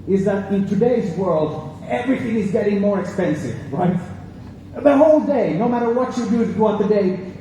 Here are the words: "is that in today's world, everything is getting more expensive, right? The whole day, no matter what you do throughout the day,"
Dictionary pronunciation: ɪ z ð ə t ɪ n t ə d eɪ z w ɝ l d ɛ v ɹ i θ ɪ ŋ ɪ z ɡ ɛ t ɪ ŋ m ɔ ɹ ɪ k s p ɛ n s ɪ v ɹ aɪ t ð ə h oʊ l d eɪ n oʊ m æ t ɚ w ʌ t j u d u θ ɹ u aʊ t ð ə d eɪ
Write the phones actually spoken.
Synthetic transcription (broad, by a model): ɪ z ð ə t ɪ n t ə d eɪ z w ɝ l d ɛ v ɹ i θ ɪ ŋ ɪ z ɡ ɛ t ɪ ŋ m ɔ ɹ ɪ k s p ɛ n s ɪ v ɹ aɪ t ð ə h oʊ l d eɪ n oʊ m æ t ɚ w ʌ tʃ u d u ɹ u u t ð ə d eɪ